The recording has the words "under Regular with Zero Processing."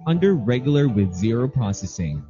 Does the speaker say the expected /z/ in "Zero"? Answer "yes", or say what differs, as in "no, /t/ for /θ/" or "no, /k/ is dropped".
yes